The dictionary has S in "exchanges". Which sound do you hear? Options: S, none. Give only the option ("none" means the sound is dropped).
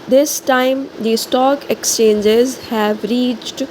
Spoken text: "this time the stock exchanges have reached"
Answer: S